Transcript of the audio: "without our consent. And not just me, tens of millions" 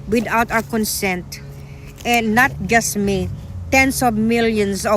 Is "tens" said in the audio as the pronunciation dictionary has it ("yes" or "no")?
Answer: no